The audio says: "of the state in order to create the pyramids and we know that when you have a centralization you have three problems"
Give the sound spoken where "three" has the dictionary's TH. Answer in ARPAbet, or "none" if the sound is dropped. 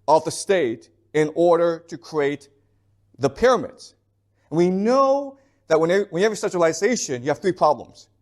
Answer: TH